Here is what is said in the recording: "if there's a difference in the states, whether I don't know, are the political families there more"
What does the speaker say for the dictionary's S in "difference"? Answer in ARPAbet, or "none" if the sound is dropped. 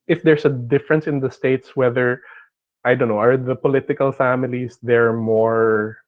S